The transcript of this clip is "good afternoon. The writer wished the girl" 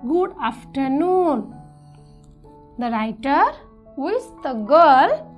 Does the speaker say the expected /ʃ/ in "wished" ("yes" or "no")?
no